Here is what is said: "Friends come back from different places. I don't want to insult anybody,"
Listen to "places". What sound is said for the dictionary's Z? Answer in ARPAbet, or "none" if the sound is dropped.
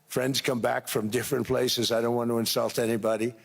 Z